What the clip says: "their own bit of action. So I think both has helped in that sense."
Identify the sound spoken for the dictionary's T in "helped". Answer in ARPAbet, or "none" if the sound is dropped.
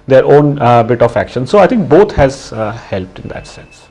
T